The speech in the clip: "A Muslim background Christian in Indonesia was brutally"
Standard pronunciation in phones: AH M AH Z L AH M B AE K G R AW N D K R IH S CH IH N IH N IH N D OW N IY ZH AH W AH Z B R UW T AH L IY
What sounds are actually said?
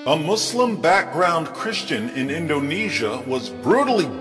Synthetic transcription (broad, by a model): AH M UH S L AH M B AE K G R AW N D K R IH S CH IH N IH N IH N D OW N IY ZH AH W AH Z B R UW T L IY